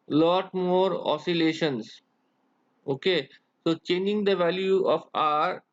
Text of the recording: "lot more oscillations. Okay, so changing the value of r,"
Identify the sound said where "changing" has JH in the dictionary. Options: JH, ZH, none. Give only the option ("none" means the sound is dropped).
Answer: JH